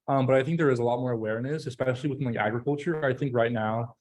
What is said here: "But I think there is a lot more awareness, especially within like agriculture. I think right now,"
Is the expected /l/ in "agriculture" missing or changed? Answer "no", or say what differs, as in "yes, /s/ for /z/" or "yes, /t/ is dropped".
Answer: no